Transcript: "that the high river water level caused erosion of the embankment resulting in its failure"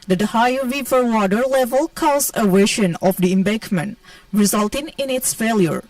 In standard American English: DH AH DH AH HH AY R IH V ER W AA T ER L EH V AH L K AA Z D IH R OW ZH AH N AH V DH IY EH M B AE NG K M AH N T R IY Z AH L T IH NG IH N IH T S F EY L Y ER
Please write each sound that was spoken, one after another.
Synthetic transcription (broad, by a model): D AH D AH HH AY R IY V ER W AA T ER L EH V AH L K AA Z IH W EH SH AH N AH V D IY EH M B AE K M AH N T R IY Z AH L T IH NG IH N IH T S F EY L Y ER